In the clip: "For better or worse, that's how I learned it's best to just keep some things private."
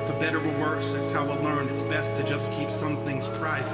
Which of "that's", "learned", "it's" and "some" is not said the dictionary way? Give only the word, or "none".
learned